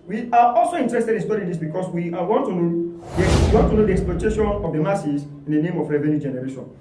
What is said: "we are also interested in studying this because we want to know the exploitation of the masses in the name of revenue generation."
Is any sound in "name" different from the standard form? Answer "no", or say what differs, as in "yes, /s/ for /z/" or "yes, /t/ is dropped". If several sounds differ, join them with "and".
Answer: no